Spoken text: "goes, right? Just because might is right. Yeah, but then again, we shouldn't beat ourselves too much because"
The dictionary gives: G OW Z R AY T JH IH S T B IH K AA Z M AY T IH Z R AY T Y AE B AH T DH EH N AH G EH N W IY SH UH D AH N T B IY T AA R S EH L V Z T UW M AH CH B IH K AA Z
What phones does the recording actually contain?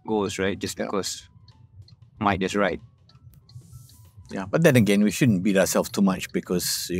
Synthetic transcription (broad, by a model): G OW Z R AY T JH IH S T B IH K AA S M AY T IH S R AY T Y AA B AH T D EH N AH G EH N W IY SH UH D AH N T B IY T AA S EH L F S T UW M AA CH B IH K AA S